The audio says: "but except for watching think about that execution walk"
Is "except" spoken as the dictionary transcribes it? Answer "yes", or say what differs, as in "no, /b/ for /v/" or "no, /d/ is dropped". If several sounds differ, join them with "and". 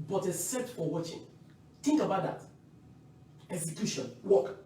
no, /k/ is dropped and /p/ is dropped